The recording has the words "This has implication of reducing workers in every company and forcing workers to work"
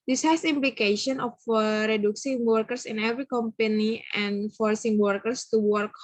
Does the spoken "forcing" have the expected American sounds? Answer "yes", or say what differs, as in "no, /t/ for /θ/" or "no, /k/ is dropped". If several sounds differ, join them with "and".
yes